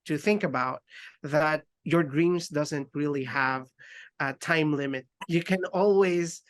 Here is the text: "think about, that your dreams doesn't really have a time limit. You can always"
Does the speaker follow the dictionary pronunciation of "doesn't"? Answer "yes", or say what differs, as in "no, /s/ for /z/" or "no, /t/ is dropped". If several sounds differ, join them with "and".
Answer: yes